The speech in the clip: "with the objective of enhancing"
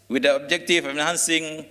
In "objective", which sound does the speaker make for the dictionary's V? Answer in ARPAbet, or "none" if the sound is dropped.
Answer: F